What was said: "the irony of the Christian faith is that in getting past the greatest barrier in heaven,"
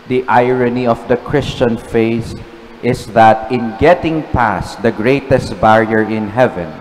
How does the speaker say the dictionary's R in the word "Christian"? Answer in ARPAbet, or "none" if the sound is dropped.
R